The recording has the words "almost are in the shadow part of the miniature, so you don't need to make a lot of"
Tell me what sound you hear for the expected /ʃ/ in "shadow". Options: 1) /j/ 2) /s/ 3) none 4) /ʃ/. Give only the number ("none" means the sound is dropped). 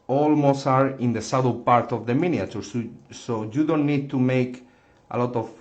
2